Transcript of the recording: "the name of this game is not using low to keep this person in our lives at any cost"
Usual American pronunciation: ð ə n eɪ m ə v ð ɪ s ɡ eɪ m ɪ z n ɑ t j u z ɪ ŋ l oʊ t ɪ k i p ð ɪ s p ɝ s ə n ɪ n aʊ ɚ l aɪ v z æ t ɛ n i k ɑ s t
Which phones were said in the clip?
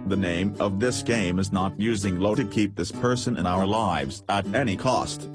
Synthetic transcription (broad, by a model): ð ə n eɪ m ə v ð ɪ s ɡ eɪ m ɪ z n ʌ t j u z ɪ ŋ l oʊ t ɪ k i p ð ɪ s p ɝ s ə n ɪ n aʊ ɚ l aɪ v z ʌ t ɛ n i k ɑ s t